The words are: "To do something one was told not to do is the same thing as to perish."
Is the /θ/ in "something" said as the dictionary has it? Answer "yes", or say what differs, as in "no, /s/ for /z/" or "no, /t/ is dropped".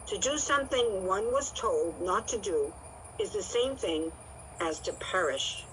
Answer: yes